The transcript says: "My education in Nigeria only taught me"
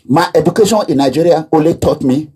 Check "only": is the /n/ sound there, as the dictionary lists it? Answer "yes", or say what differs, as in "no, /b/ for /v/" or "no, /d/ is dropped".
no, /n/ is dropped